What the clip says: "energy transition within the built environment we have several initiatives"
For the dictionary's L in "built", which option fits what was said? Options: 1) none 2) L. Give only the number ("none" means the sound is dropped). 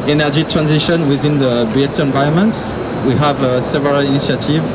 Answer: 1